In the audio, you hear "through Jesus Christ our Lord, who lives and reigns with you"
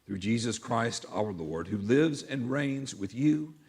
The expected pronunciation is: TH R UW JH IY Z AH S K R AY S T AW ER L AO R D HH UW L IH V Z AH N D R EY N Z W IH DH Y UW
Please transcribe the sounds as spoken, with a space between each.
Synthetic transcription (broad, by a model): TH R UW JH IY Z AH S K R AY S T AW ER L AO R D HH UW L IH V Z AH N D R EY N Z W IH DH Y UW